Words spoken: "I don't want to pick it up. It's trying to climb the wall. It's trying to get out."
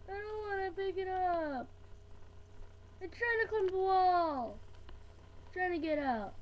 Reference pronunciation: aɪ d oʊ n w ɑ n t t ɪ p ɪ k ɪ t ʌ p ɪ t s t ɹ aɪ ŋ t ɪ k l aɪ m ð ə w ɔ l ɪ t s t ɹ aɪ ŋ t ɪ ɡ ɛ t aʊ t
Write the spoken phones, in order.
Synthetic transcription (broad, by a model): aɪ d oʊ n w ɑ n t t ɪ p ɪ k ɪ t ʌ p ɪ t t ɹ aɪ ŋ t ɪ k aɪ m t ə w ɔ l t t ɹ aɪ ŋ t ɪ ɡ ɛ t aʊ t